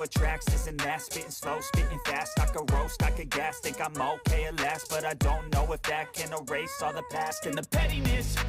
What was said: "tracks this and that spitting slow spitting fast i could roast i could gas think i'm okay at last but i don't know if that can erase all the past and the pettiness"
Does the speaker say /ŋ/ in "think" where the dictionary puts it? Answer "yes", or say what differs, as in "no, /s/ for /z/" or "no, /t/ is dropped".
no, /ŋ/ is dropped